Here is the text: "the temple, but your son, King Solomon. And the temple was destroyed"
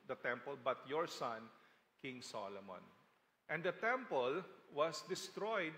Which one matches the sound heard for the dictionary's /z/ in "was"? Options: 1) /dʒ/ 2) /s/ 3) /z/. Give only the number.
2